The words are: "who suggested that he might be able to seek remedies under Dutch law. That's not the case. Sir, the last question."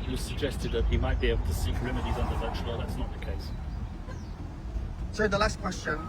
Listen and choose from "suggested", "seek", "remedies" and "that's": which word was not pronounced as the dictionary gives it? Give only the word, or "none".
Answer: none